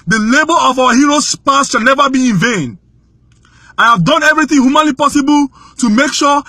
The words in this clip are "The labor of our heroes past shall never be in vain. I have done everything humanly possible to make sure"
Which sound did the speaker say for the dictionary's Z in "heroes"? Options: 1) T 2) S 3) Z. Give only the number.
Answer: 2